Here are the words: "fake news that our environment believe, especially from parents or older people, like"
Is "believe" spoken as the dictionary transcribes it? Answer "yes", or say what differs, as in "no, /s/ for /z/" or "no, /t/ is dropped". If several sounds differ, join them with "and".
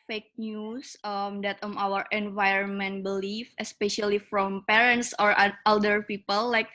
no, /f/ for /v/